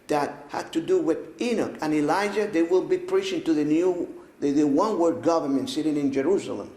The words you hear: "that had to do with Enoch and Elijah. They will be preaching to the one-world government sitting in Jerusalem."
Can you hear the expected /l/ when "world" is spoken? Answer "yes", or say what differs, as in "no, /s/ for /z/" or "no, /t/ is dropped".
no, /l/ is dropped